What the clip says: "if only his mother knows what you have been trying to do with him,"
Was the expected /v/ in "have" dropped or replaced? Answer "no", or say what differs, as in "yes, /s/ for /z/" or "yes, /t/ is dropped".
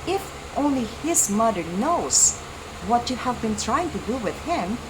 no